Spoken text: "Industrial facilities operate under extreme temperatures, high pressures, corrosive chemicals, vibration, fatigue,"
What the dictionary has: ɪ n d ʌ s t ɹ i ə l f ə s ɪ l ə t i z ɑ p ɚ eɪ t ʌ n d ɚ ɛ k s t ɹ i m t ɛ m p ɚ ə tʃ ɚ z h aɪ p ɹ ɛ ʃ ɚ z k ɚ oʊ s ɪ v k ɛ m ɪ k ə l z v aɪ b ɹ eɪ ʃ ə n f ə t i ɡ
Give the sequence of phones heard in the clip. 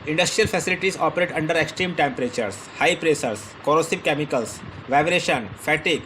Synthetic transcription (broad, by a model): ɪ n d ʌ s t ɹ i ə l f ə s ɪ l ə t i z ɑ p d eɪ t ʌ n d ɚ ɛ k s t ɹ i m t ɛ m p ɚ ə tʃ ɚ s h aɪ p ɹ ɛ s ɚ s k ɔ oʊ s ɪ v k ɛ m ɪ k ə l s v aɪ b ɹ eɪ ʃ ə n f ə t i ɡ